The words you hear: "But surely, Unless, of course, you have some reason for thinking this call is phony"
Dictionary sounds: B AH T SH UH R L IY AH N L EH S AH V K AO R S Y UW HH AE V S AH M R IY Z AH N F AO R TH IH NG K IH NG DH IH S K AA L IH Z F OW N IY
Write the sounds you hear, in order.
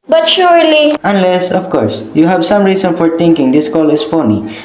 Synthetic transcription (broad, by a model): B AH T SH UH R L IY AH N L EH S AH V K AO R S Y UW HH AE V S AH M R IY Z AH N F AO R T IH NG K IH NG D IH S K AA L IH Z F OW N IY